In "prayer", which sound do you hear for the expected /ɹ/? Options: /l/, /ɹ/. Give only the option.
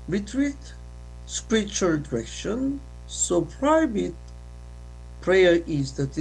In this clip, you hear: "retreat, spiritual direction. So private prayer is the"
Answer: /ɹ/